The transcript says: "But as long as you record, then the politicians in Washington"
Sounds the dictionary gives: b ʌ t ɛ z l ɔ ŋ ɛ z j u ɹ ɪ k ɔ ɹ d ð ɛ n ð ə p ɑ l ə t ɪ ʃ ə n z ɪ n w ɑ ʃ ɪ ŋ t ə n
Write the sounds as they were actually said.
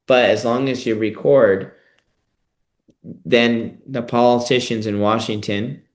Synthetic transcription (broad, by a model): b ʌ t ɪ z l ɔ ŋ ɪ z j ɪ ɹ ɪ k ɔ ɹ d ð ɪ n ð ə p ɑ l ə t ɪ ʃ ə n z ɪ n w ɑ ʃ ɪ ŋ t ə n